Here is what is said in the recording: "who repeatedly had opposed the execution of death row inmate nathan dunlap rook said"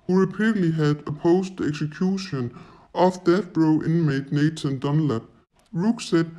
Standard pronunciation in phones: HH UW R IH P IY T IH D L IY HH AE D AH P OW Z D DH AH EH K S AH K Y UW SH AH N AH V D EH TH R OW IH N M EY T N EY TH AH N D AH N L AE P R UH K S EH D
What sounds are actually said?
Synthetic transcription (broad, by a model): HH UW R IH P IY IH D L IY HH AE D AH P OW S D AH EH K S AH K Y UW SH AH N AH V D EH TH R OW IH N M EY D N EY S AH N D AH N L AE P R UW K S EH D